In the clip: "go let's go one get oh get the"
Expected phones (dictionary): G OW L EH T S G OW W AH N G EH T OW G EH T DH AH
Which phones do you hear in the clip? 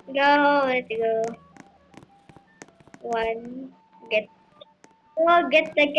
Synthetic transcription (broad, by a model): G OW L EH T G OW W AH N G EH T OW G EH T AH